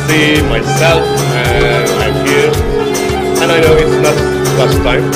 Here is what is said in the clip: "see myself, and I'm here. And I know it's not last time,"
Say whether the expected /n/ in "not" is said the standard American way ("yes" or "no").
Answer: no